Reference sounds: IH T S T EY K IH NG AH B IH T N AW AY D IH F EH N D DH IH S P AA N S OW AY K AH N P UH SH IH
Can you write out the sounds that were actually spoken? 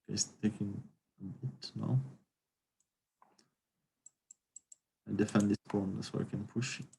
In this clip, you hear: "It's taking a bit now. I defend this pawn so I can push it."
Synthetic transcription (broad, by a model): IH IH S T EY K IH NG AH B IH T N AW AY D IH F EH N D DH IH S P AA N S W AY K AH N P UH SH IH